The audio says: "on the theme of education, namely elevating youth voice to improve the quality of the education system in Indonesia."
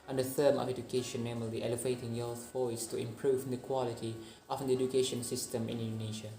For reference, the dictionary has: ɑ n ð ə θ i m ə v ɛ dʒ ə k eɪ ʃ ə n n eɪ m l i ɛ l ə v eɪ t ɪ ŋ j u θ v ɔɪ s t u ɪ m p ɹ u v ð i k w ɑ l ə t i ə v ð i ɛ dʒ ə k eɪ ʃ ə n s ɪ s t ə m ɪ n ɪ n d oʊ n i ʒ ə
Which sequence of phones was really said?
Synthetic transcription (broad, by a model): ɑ n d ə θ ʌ m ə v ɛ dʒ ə k eɪ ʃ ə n n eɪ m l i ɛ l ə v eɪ t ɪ ŋ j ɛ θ f ɔɪ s t u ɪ m p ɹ u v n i k w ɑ l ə t i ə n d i ɛ dʒ ə k eɪ ʃ ə n s ɪ s t ə m ɪ n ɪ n d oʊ n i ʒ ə